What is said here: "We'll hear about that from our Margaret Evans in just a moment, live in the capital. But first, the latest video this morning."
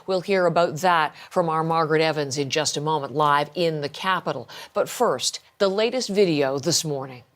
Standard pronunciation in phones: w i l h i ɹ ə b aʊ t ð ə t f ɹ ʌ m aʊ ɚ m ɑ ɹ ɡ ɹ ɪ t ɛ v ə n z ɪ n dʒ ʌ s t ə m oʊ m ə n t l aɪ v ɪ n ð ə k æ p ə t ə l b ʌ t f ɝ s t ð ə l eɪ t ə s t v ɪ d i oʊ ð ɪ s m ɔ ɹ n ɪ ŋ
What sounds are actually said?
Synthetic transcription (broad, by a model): w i l h i ɹ ə b aʊ t ð ə t f ɹ ʌ m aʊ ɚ m ɑ ɹ ɡ ɹ ɪ t ɛ v ə n z ɪ n dʒ ʌ s t ə m oʊ m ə n t l aɪ v ɪ n ð ə k æ p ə t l b ʌ t f ɝ s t ð ə l eɪ t ə s t v ɪ d i oʊ ð ɪ s m ɔ ɹ n ɪ ŋ